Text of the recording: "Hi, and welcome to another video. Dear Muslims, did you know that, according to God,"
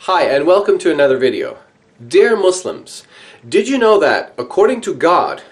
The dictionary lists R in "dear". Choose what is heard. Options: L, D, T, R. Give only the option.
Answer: R